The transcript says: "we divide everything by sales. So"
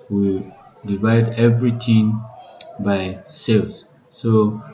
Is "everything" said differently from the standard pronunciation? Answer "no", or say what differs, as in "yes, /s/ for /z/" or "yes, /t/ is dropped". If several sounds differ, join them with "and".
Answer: yes, /t/ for /θ/